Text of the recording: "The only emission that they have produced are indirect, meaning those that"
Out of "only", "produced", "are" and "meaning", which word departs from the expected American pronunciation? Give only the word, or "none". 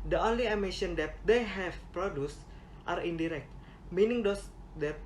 none